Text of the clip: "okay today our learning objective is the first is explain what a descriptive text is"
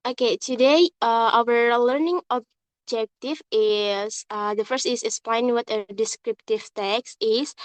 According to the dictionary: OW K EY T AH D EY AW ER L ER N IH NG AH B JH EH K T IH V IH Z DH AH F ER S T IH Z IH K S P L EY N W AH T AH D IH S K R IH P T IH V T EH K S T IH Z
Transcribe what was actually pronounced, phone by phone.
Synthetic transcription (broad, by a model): OW K EY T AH D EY AW ER L ER N IH NG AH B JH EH K T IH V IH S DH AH F ER S T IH S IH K S P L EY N W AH T AH D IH S K R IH P T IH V T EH K S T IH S